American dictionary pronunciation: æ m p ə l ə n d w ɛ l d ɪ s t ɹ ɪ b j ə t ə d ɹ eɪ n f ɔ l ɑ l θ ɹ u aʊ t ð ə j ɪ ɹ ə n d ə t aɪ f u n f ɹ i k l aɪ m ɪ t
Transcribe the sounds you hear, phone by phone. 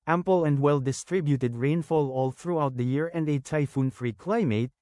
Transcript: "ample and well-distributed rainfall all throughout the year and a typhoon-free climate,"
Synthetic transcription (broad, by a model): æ m p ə l ə n d w ɛ l d ɪ s t ɹ ɪ b j ə t ə d ɹ eɪ n f ɔ l ɑ l θ ɹ u aʊ t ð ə j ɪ ɹ ə n d ə t aɪ f u n f ɹ i k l aɪ m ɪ t